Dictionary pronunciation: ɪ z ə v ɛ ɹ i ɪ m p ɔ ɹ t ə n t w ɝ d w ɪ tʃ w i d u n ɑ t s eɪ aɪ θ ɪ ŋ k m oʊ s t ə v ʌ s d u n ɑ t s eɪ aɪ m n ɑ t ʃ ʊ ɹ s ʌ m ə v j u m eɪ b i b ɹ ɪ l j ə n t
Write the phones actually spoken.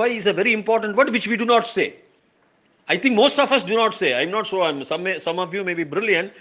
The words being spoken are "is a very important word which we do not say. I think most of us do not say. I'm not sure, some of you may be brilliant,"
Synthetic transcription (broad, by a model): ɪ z ə v ɛ ɹ i ɪ m p ɔ ɹ t ə n t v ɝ d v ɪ tʃ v i d u n ɑ t s eɪ aɪ t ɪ ŋ k m oʊ s t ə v ʌ s d u n ɑ t s eɪ aɪ m n ɑ t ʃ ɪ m s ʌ m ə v j u m eɪ b i b ɹ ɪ l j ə n t